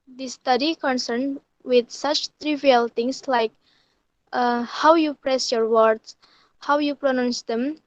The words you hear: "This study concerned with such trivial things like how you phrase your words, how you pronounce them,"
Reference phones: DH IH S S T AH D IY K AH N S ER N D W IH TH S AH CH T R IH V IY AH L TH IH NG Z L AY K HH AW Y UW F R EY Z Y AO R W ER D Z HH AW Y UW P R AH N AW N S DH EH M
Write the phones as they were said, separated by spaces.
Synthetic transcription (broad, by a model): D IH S S T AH D IY K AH N S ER N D W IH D S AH CH T R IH V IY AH L T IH NG S L AY K HH AW Y UW P R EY S Y AO R W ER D S HH AW Y UW P R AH N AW N S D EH M